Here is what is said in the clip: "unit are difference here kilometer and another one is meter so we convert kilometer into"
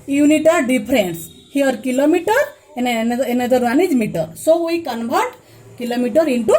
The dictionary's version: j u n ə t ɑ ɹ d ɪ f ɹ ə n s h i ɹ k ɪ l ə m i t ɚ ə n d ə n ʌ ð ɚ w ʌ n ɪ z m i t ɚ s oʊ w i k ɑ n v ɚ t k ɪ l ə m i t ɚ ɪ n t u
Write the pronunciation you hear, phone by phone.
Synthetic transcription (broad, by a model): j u n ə t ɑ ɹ d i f ɹ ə n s h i ɹ k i l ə m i t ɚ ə n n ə n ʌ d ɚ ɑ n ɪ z m i t ɚ s oʊ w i k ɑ n b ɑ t k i l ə m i t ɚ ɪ n t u